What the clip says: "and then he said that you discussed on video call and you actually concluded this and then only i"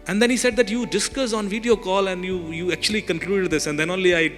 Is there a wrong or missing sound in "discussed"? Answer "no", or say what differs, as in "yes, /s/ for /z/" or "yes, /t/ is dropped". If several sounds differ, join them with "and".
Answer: yes, /t/ is dropped